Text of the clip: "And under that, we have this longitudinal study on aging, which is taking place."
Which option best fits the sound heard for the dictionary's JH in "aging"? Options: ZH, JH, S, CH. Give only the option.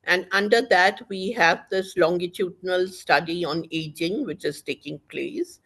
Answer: JH